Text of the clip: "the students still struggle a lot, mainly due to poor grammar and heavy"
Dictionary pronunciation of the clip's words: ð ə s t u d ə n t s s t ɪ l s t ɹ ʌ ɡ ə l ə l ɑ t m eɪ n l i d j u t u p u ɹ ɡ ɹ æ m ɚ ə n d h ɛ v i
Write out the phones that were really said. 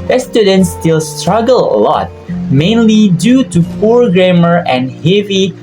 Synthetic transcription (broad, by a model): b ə s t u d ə n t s s t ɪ l s t ɹ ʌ ɡ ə l ə l ɑ t m eɪ n l i d j u t u f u ɹ ɡ ɹ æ m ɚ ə n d h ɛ v i